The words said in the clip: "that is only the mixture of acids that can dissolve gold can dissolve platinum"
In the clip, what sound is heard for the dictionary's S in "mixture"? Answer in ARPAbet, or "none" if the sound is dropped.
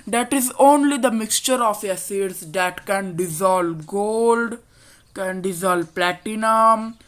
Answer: S